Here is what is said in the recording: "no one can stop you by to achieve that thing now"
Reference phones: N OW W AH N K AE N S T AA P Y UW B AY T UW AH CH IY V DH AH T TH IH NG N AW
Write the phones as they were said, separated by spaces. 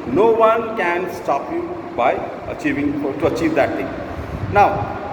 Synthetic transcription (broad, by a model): N OW W AH N K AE N S T AA P Y UW B AY T UW AH CH IY V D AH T T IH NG N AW